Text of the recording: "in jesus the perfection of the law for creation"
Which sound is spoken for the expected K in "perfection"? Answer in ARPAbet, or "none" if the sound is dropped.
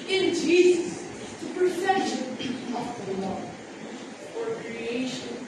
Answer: none